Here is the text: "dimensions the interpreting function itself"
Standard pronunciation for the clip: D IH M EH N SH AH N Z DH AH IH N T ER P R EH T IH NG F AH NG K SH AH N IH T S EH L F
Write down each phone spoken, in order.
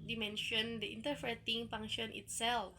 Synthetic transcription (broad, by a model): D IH M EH N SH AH N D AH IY N T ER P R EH T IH NG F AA NG SH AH N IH T S EH L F